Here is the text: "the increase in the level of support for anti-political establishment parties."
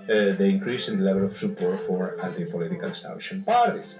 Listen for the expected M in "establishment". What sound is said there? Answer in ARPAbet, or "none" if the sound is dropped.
none